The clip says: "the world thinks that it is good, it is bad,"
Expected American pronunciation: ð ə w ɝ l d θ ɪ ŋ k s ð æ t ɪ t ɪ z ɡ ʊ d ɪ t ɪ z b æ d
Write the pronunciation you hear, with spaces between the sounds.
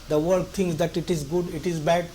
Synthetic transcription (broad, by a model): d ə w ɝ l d t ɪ ŋ k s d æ t ɪ t ɪ z ɡ ʊ d ɪ t ɪ z b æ d